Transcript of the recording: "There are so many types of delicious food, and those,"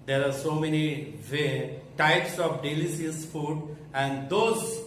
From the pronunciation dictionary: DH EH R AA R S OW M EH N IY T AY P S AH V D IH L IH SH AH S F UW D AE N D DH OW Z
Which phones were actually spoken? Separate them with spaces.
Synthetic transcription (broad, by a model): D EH R AA R S OW M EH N IY T AY P S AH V D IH L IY S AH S F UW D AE N D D OW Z